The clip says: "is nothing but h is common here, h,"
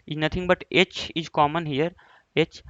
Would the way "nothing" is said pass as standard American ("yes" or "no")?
no